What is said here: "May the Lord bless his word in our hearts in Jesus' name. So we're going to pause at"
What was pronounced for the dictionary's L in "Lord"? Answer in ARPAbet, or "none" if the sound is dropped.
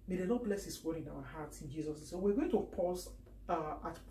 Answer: N